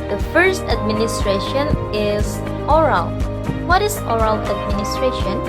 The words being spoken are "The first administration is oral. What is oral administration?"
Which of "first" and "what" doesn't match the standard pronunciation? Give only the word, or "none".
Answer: none